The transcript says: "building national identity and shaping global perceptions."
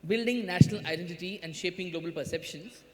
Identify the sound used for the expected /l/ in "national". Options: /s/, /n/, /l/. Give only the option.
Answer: /l/